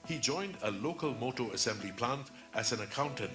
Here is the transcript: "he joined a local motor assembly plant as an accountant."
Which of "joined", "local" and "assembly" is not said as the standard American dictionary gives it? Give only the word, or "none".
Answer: none